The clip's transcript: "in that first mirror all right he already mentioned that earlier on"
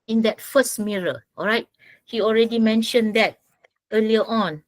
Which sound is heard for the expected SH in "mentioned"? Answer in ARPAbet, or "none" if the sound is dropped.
SH